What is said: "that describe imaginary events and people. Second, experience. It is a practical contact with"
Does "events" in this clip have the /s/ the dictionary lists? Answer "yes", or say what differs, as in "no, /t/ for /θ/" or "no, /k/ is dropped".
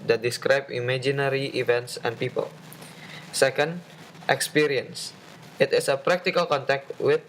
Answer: yes